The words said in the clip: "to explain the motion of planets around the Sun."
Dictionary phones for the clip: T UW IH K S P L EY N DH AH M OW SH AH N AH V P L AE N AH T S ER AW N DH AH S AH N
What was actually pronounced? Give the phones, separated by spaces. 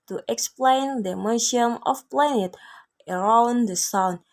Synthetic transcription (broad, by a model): T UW IH K S P L EY N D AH M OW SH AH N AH F P L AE N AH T ER AW N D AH S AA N